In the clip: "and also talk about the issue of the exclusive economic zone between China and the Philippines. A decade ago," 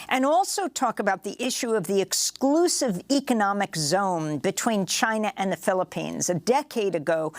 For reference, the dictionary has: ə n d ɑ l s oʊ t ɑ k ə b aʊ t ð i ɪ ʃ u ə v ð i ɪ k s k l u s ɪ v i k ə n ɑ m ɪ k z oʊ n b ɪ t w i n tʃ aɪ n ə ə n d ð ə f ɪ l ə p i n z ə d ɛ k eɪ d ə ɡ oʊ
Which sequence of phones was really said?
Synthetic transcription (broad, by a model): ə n ɑ l s oʊ t ɑ k ə b aʊ t ð i ɪ ʃ u ə v ð i ɪ k s k l u s ɪ v i k ə n ɑ m ɪ k z oʊ n b ɪ t w i n tʃ aɪ n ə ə n ð ə f ɪ l ə p i n z ə d ɛ k eɪ d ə ɡ oʊ